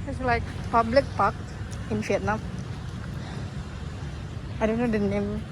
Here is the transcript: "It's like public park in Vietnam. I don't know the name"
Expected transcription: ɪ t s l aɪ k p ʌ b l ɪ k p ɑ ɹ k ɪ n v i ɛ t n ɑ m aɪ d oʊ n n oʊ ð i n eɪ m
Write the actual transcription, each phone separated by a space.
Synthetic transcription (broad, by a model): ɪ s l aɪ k p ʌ b l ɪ k p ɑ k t ɪ n f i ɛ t n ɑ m aɪ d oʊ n n oʊ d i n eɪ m